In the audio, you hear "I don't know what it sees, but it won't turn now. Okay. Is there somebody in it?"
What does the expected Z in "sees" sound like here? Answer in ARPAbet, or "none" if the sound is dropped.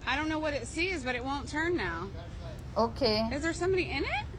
Z